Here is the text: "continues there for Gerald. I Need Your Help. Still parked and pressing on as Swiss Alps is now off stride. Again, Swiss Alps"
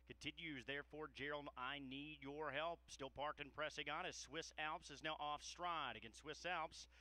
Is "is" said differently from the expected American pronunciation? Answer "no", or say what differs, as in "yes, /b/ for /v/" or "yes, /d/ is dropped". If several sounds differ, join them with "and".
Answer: no